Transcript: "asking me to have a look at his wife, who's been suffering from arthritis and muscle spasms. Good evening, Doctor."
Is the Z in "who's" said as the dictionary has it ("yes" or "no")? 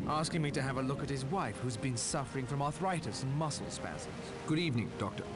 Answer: yes